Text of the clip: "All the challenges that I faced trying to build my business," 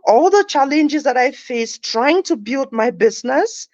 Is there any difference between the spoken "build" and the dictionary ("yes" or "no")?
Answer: no